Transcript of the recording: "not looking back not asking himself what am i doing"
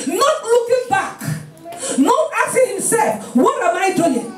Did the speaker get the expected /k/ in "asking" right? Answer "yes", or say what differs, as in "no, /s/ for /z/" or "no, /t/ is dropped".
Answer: no, /k/ is dropped